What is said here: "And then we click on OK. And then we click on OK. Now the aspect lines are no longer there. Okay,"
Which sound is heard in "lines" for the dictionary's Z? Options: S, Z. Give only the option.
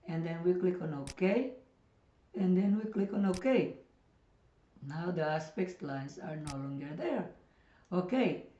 S